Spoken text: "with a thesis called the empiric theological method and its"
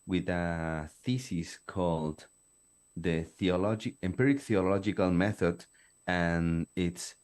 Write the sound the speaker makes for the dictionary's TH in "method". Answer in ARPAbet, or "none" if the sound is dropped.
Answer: TH